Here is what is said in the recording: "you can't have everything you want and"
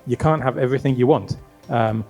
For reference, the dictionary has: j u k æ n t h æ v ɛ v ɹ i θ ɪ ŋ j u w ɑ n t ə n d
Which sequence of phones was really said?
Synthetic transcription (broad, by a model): j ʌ k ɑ n t h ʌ v ɛ v ɹ i θ ɪ ŋ j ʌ w ɑ n t ə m